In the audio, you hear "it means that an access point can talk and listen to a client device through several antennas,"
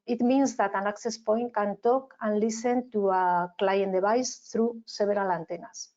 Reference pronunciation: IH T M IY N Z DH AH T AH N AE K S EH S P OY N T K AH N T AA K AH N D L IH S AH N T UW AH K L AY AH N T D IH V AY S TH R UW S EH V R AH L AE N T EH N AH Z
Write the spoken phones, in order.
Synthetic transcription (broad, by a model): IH T M IY N Z DH AH T AH N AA K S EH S P OY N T K AH N T AA K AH N L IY S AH N T UW AH K L AY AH N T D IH B AY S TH R UW S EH B R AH L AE N T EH N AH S